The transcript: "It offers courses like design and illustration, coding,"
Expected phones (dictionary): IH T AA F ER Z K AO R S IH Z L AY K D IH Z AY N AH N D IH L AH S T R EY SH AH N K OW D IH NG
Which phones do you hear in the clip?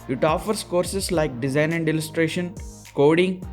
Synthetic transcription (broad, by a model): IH T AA F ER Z K AO R S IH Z L AY K D IH Z AY N AH N D IH L AH S T R EY SH AH N K OW D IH NG